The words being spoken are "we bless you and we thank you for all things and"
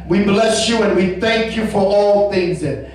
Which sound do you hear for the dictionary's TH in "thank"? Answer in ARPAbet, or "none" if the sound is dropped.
TH